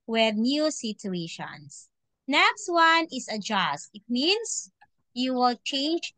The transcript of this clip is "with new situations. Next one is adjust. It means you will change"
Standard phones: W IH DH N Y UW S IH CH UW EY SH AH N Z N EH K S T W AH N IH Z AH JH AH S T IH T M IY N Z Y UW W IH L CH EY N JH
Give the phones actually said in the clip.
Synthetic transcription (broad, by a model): W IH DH N Y UW S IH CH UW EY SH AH N S N EH K S T W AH N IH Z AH JH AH S T IH T M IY N S Y UW W IH L CH EY N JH